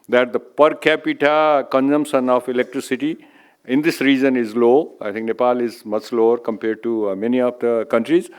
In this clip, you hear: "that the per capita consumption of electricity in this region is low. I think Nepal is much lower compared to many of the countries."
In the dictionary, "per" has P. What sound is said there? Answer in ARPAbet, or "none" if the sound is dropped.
P